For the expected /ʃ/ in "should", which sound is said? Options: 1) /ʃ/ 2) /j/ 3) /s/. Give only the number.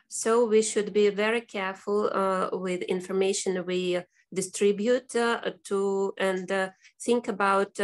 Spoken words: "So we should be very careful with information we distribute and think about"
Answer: 1